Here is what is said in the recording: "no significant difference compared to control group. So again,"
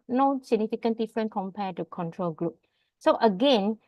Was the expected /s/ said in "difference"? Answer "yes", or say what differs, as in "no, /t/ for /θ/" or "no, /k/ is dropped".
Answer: no, /s/ is dropped